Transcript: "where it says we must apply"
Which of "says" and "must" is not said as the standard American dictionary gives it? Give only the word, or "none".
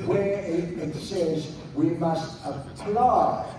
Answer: none